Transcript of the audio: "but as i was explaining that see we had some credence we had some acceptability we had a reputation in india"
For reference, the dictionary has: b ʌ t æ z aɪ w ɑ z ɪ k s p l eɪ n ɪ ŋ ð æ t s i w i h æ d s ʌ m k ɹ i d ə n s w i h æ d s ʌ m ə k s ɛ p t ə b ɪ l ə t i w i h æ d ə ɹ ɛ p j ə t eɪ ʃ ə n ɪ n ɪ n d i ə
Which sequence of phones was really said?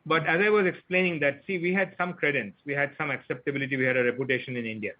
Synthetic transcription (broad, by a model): b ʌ t æ z aɪ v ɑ z ɪ k s p l eɪ n ɪ ŋ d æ t s i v i h æ d s ʌ m k ɹ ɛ d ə n s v i h æ d s ʌ m ə k s ɛ p t ə b ɪ l ə t i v i h æ d ə ɹ ɛ p j ə t eɪ ʃ ə n ɪ n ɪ n d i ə